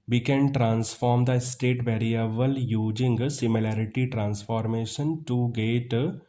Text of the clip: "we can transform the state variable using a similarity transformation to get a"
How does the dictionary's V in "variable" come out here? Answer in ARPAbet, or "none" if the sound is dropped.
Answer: B